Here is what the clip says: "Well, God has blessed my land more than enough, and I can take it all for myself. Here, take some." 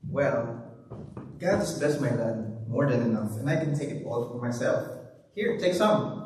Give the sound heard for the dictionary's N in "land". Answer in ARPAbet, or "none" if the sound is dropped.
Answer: none